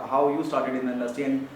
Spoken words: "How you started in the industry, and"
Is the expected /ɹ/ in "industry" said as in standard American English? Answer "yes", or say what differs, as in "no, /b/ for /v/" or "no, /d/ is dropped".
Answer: no, /ɹ/ is dropped